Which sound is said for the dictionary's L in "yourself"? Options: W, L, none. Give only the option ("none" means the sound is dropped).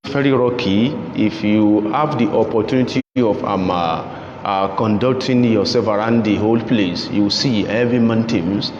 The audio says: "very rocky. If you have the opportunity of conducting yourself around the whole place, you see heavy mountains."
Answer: none